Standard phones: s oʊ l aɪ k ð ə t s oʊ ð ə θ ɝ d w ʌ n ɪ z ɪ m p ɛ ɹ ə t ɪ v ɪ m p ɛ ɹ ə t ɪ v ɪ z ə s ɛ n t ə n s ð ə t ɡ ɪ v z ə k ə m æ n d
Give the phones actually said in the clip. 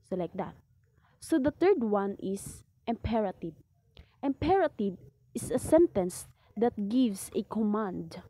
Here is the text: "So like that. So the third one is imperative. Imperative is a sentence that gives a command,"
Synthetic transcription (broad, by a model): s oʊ l aɪ k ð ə t s oʊ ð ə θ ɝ d w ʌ n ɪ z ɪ m p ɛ ɹ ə t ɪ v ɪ m p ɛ ɹ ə t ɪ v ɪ s ə s ɛ n t ə n s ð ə t ɡ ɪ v s ə k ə m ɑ n d